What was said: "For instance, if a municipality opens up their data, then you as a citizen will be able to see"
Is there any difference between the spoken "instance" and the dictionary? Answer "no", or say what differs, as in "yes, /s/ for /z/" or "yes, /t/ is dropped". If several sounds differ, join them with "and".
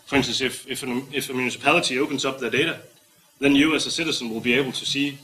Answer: yes, /s/ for /t/